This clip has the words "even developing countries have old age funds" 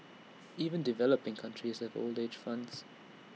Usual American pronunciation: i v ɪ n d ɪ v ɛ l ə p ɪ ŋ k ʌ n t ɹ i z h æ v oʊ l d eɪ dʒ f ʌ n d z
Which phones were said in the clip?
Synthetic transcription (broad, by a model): i v ɪ n d ɪ v ɛ l ə p ɪ ŋ k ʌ n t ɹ i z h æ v oʊ l d eɪ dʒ f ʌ n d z